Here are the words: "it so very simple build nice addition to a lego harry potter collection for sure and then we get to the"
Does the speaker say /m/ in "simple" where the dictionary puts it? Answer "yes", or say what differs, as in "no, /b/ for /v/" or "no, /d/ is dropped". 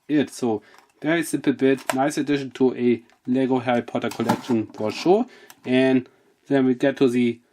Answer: no, /m/ is dropped